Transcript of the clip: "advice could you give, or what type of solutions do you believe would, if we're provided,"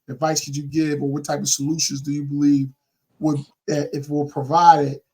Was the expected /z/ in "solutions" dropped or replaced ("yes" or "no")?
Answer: no